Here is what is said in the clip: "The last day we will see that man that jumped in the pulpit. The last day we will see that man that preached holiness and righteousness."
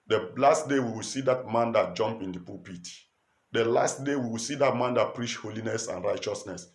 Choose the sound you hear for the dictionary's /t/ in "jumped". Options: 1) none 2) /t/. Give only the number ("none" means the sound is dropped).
1